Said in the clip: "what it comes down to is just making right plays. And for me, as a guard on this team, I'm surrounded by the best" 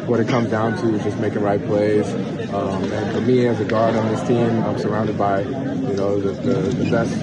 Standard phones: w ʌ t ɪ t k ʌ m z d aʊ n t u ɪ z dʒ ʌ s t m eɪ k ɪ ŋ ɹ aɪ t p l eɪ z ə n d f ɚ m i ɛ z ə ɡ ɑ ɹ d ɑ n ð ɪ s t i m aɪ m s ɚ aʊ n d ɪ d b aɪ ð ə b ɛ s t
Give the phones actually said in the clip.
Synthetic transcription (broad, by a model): w ʌ t ɪ t k ʌ m z d aʊ n t u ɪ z dʒ ʌ s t m eɪ k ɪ ɹ aɪ t p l eɪ s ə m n f ɚ m i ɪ z ə ɡ ɑ ɹ d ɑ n ð ɪ s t i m aɪ m s ɚ aʊ n d ɪ d b aɪ ð ə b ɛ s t